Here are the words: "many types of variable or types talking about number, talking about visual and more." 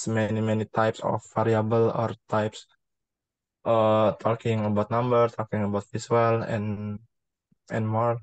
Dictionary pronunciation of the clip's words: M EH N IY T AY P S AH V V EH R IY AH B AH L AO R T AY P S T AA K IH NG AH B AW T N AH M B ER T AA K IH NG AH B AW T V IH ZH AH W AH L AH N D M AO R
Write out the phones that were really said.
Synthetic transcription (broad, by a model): M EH N IY T AY P S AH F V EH R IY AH B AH L AO R T AY P S T AA K IH NG AH B AW T N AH M B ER T AA K IH NG AH B AW T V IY S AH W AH L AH N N M AO R